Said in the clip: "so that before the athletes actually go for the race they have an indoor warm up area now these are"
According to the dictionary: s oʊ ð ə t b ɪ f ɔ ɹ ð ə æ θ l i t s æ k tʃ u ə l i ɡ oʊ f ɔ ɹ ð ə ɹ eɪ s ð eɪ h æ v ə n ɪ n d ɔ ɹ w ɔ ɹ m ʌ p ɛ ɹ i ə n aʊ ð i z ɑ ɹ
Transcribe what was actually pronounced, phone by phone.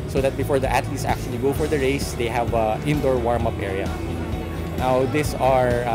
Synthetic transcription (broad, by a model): s oʊ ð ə t b ɪ f ɔ ɹ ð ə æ t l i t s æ k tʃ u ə l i ɡ oʊ f ɔ ɹ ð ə ɹ eɪ s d eɪ h æ v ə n ɪ n d ɔ ɹ w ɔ ɹ m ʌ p ɛ ɹ i ə n aʊ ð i s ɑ ɹ